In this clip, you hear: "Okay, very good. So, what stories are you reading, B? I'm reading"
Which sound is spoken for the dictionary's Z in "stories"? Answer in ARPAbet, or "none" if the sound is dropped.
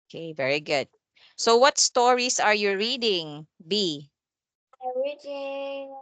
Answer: S